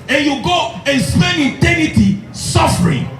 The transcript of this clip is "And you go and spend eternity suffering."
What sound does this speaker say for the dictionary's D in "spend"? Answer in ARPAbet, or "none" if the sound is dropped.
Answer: none